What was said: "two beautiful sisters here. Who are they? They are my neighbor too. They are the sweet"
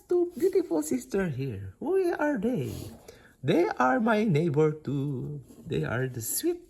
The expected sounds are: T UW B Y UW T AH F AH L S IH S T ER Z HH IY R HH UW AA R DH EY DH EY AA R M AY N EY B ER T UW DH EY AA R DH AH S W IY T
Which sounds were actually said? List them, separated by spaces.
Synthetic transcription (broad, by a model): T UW B Y UW T AH F AH L S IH S T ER HH IY R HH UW AA R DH EY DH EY AA R M AY N EY B ER T UW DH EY AA R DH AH S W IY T